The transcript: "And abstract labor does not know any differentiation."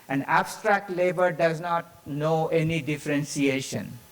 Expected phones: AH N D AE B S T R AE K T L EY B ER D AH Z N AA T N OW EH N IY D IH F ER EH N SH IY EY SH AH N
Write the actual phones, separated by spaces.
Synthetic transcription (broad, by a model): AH N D AE B S T R AE K T L EY B ER D AH Z N AA T N OW EH N IY D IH F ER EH N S IY EY SH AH N